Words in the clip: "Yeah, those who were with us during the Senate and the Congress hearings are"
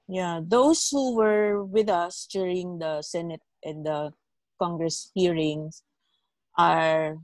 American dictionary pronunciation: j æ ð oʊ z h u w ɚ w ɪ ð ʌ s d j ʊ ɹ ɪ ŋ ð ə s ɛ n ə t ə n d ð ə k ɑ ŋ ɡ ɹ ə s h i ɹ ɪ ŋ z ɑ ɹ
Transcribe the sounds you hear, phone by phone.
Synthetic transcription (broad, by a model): j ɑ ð oʊ s h u w ɚ w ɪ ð ʌ s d j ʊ ɹ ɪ ŋ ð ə s ɛ n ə t ə n d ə k ɑ ŋ ɡ ɹ ə s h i ɹ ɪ ŋ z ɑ ɹ